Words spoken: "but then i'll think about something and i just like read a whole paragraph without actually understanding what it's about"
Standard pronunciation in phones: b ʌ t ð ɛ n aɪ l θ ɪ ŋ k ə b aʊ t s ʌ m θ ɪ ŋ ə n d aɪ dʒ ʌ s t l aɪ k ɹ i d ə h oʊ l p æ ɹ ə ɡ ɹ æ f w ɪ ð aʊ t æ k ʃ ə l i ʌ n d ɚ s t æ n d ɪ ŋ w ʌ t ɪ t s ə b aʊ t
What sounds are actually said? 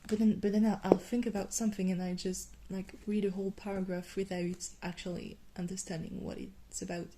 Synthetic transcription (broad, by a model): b ʌ t ð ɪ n aɪ l θ ɪ ŋ k ə b aʊ t s ʌ m θ ɪ ŋ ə n aɪ dʒ ʌ s t l aɪ k ɹ i d ə h oʊ l p æ ɹ ə ɡ ɹ æ f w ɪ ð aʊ t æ k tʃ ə l i ʌ n d ɚ s t æ n d ɪ ŋ w ʌ t ɪ t s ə b aʊ t